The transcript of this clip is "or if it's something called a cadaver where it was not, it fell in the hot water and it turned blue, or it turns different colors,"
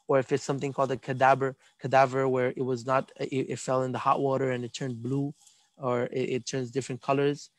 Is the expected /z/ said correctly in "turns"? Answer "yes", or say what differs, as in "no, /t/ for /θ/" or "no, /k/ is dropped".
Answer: yes